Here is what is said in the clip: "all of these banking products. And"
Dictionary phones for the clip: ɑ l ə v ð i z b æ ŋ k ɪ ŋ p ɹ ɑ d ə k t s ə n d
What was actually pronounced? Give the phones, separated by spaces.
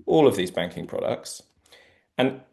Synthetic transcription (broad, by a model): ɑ l ə v ð i z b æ ŋ k ɪ ŋ p ɹ ɑ d ə k t s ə n